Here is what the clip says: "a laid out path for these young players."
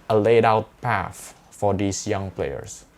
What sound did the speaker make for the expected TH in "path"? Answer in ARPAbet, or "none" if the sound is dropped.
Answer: F